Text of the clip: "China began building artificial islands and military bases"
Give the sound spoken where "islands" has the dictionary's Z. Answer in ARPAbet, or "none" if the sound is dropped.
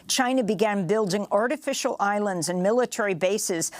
Z